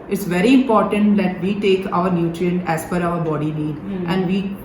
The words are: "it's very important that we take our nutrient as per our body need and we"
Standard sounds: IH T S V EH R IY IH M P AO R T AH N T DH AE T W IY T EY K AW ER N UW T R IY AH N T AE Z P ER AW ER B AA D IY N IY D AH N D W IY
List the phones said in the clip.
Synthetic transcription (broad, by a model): IH T S V EH R IY IH M P AO R T AH N T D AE T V IY T EY K AW ER N UW T R IY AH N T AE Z F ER AW ER B AA D IY N IY D AH N D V IY